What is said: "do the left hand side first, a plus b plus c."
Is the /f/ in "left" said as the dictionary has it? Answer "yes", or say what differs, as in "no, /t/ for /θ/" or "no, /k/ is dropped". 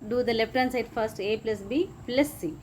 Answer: no, /p/ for /f/